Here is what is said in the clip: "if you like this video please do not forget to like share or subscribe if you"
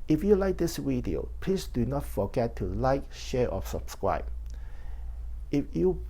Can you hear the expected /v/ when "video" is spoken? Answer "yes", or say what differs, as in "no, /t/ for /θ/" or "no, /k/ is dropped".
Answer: no, /w/ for /v/